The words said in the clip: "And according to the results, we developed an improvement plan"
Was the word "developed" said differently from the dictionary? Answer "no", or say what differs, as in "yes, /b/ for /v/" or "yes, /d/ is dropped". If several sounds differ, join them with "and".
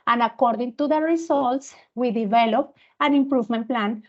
yes, /t/ is dropped